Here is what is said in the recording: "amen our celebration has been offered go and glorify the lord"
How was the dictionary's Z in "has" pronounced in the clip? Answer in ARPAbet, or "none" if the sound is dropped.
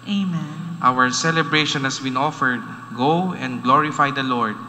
S